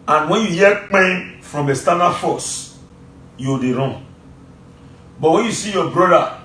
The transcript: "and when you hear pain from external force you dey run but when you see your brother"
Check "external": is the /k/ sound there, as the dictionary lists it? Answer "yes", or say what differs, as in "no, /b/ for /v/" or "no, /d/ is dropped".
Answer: no, /k/ is dropped